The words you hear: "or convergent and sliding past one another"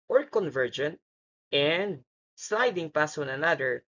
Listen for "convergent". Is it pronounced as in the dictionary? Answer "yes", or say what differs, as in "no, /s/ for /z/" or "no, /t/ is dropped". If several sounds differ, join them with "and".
yes